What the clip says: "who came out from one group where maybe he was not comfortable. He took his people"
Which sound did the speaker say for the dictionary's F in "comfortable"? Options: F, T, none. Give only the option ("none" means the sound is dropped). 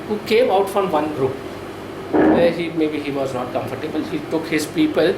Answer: F